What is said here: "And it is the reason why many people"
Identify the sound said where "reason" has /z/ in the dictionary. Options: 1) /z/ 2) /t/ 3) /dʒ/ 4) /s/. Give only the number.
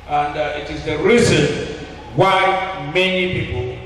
1